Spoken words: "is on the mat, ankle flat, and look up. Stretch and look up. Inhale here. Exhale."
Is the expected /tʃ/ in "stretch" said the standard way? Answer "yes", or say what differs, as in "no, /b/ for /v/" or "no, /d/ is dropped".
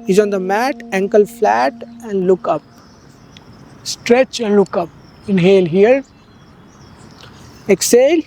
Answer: yes